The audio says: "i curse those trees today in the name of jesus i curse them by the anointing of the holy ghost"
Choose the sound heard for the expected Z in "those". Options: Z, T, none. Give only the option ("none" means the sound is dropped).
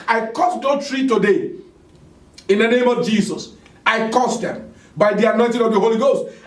none